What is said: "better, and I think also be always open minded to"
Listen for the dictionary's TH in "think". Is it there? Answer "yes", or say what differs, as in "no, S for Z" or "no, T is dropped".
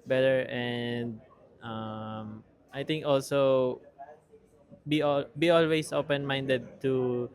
no, T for TH